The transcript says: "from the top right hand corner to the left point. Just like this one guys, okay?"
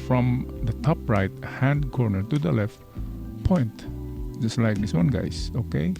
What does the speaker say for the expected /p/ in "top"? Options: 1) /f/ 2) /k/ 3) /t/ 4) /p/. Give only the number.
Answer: 4